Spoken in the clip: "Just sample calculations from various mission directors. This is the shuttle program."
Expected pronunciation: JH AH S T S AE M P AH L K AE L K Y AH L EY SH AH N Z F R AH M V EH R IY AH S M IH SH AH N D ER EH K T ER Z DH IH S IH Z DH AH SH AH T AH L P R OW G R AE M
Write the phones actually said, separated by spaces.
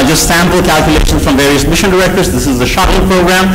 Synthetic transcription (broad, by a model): JH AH S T S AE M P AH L K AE L K Y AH L EY SH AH N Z F R AH M V EH R IY AH S M IH SH AH N D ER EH K T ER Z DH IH S IH Z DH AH SH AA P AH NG P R OW G R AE M